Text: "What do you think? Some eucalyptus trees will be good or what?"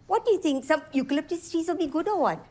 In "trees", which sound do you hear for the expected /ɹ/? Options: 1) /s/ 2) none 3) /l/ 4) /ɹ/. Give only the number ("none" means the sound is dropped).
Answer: 2